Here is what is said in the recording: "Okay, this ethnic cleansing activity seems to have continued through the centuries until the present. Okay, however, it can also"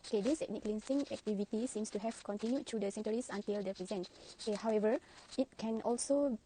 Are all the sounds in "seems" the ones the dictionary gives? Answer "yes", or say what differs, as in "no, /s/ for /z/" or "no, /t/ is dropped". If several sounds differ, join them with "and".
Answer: no, /s/ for /z/